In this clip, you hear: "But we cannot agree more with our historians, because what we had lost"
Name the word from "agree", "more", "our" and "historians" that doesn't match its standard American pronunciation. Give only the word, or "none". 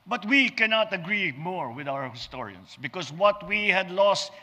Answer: historians